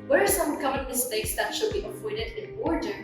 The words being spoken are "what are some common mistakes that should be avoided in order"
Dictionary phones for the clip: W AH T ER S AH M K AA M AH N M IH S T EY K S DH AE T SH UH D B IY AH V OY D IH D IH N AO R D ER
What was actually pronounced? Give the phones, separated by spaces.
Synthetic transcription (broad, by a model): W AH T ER S AH M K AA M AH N M IH S T EY K S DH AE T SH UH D B IY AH P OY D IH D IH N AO R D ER